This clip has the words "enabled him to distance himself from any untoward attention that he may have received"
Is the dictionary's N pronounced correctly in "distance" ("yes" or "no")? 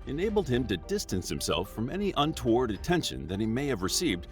yes